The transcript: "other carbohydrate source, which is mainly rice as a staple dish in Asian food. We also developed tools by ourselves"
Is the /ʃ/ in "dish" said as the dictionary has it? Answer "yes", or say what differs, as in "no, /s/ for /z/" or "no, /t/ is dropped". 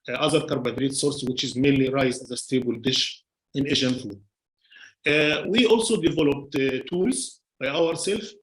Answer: yes